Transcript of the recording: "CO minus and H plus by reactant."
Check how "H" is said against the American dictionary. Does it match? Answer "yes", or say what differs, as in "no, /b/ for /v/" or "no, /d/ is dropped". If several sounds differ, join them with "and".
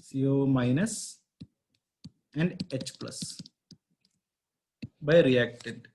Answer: yes